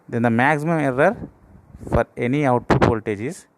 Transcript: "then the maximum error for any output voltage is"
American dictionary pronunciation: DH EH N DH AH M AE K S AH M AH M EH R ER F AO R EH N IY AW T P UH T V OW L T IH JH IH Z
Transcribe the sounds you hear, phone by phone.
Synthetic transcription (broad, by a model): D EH N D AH M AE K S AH M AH M EH R ER F AO R EH N IY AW T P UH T P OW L T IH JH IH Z